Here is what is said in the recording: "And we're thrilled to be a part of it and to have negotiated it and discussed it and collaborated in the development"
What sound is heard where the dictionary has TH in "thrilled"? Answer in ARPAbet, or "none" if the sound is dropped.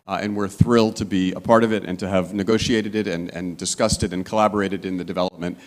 TH